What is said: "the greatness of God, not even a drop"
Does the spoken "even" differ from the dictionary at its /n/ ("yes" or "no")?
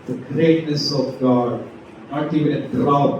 yes